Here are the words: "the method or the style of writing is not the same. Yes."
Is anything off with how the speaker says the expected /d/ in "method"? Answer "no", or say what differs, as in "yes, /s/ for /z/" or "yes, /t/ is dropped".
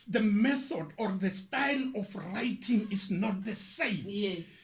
no